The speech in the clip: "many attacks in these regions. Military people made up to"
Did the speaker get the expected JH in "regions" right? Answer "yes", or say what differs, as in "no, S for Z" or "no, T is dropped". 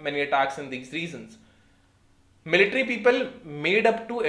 no, Z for JH